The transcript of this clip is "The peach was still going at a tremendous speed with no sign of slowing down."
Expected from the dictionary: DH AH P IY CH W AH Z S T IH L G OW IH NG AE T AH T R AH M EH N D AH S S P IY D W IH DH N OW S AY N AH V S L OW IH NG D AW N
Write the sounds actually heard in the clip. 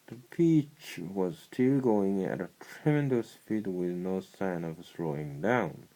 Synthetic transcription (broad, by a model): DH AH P IY CH W AH Z S T IH L G OW IH NG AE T AH T R AH M EH N D AH S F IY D W IH DH N OW S AY N AH V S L OW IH NG D AW N